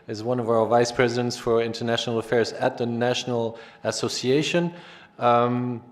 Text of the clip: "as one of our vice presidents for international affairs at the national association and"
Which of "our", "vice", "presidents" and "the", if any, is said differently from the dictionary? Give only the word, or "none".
none